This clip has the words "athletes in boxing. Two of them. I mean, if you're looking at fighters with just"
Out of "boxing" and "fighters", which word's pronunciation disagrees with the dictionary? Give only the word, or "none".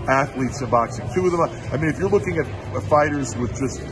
none